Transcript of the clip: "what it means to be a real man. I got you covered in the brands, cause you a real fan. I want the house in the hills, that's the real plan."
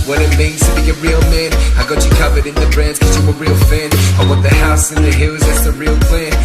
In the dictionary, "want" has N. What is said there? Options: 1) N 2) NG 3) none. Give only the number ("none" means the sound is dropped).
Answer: 3